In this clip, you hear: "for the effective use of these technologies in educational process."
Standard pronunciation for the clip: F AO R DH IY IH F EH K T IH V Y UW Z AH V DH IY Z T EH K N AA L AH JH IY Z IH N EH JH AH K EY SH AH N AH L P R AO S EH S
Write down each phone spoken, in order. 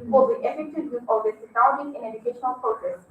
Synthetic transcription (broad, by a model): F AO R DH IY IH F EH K T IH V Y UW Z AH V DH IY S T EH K AA AH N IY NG IH N EH JH AH K EY SH AH N AH L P R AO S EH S